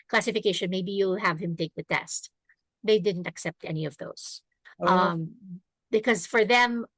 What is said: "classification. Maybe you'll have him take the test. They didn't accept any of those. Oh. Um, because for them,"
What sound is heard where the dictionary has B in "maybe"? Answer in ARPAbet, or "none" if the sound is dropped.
B